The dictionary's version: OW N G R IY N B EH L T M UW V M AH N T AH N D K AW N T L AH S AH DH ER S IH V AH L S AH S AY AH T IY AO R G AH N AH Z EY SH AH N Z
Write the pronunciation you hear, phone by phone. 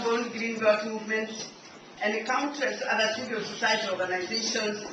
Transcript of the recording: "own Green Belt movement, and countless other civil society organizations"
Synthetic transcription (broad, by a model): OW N G R IY N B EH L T M UW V M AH N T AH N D K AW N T AH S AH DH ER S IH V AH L S AH S AY AH T IY AO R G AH N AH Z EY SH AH N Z